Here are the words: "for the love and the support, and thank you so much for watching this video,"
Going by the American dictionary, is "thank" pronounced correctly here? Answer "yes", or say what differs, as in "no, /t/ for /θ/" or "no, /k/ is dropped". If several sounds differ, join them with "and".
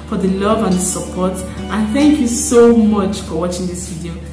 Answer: yes